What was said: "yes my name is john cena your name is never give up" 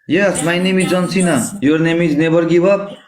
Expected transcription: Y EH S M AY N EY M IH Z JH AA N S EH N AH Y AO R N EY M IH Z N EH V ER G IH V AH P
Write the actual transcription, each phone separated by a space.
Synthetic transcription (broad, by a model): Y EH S M AY N EY M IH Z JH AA N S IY N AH Y AO R N EY M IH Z N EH B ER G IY B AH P